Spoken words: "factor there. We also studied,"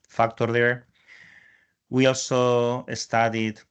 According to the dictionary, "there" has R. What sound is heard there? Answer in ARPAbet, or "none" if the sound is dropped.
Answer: R